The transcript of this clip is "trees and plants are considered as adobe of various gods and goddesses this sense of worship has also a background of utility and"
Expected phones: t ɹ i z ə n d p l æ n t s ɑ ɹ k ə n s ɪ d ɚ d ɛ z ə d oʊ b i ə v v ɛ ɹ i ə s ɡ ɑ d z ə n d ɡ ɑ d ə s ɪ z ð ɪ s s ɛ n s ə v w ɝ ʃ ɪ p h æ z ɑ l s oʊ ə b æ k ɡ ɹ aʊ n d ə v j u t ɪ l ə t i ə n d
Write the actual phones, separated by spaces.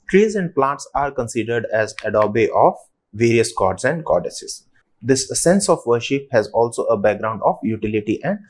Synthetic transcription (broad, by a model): t ɹ i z ə n d p l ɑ t s ɑ ɹ k ə n s ɪ d ɚ d ɛ z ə d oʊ b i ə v v ɛ ɹ i ə s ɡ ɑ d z ə n d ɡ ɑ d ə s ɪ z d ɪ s s ɛ n s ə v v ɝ ʃ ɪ p h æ z ɑ l s oʊ ə b æ k ɡ ɹ aʊ n d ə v j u t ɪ l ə t i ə n d